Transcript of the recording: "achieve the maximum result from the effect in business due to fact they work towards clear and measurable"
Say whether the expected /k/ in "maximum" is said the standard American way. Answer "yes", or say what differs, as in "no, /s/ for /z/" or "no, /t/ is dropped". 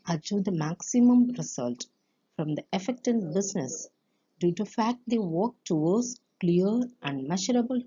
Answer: yes